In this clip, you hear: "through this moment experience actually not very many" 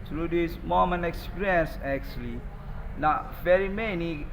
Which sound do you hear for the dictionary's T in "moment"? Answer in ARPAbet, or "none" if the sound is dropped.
none